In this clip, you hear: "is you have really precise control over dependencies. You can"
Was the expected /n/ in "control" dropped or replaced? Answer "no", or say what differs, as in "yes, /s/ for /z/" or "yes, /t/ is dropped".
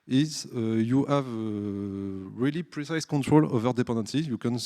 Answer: no